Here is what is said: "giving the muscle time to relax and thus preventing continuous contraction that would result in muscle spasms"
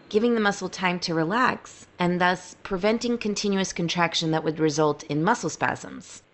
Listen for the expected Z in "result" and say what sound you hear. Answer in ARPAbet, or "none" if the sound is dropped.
Z